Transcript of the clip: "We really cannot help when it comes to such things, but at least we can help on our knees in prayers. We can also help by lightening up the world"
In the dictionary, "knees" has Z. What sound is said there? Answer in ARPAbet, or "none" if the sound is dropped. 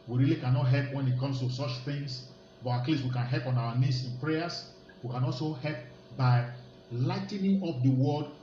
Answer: S